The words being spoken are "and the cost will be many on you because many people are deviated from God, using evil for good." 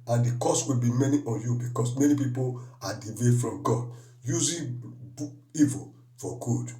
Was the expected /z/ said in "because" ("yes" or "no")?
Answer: no